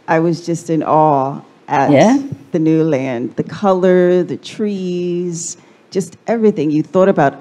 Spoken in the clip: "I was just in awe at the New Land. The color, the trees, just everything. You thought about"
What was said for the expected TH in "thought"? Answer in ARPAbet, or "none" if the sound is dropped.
TH